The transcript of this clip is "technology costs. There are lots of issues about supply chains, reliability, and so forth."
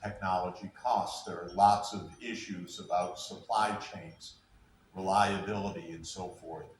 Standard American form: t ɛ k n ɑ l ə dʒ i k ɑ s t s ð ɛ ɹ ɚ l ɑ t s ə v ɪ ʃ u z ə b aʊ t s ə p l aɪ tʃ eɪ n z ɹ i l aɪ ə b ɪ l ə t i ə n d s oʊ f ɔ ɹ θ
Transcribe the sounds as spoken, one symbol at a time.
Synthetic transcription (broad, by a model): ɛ k n ɑ l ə dʒ i k ɑ s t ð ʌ ɹ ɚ l ɑ t s ə v ɪ ʃ u z ə b aʊ t s ə p l aɪ tʃ eɪ n z ɹ i l aɪ ə b ɪ l ə t i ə n s oʊ f ɔ ɹ θ